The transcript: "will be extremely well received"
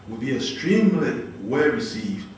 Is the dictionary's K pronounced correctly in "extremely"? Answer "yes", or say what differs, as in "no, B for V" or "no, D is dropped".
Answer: no, K is dropped